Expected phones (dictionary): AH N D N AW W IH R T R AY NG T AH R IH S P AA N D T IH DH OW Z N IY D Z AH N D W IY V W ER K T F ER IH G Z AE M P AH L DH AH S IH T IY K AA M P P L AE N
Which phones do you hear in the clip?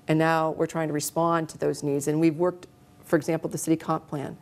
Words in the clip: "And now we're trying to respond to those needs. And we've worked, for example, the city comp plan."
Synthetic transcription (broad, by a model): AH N N AW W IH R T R AY NG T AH R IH S P AA N T IH DH OW Z N IY D Z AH N W IY V W ER K T F ER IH G Z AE M P L DH AH S IH T IY K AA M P P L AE N